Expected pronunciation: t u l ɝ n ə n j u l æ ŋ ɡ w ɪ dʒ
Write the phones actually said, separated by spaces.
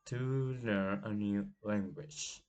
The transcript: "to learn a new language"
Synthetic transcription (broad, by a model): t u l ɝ ə n j u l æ ŋ ɡ w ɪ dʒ